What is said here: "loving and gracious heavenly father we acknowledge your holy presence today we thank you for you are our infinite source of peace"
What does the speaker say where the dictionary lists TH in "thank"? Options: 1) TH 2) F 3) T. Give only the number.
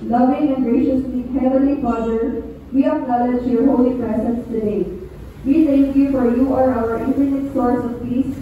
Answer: 3